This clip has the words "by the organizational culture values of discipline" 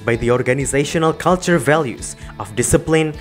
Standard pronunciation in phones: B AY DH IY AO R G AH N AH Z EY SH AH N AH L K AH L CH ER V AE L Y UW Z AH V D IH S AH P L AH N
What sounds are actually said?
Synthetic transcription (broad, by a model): B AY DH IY AO R G AH N AH Z EY SH AH N AH L K AH L CH ER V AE L Y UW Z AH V D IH S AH P L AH N